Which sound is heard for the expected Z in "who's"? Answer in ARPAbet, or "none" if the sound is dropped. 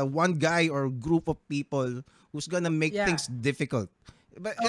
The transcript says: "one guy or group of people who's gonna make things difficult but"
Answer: S